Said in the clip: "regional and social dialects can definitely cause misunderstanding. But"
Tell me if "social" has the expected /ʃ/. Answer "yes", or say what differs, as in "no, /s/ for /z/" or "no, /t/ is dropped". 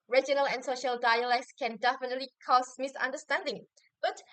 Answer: yes